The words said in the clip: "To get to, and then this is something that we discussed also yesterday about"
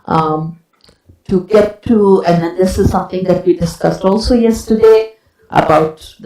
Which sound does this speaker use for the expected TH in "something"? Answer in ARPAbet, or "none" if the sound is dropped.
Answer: T